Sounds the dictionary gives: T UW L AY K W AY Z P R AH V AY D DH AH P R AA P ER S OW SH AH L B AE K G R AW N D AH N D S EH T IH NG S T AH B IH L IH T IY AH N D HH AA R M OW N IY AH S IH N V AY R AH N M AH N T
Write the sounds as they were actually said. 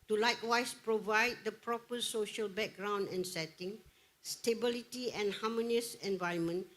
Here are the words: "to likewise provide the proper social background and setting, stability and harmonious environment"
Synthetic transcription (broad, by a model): T UW L AY K W AY S P R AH V AY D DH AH P R AA P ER S OW SH AH L B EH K G R AW N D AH N S EH T IH NG S T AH B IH L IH T IY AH N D HH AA M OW N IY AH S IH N V AY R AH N M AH N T